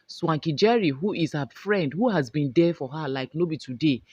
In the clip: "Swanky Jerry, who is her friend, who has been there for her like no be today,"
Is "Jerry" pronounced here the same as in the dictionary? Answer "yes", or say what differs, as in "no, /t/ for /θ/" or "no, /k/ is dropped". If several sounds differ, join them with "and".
yes